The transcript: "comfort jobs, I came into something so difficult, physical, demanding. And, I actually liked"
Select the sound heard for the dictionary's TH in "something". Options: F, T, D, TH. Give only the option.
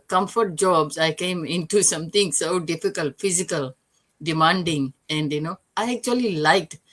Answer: T